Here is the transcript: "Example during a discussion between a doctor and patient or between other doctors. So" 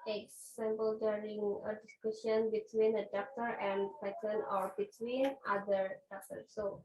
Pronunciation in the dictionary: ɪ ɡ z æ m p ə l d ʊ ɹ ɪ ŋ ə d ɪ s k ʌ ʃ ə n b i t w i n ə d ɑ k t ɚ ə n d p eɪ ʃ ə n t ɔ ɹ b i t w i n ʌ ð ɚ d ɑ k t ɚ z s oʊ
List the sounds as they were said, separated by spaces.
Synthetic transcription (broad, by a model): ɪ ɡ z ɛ m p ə l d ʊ ɹ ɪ ŋ ə d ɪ s k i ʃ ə n b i t w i n ə d ɑ k t ɚ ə n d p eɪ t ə n ɔ ɹ b i t w i n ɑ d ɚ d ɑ k t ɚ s s oʊ